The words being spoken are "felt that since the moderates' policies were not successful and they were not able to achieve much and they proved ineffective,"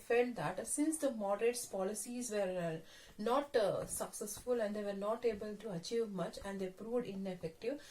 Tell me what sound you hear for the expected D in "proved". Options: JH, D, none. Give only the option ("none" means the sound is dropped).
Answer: D